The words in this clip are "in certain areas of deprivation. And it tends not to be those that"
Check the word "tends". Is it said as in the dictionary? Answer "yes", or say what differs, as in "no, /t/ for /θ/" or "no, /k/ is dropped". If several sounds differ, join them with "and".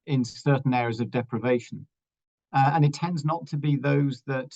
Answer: yes